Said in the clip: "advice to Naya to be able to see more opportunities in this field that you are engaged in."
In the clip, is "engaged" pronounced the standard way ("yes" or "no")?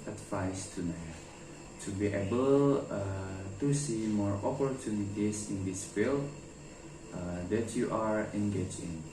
no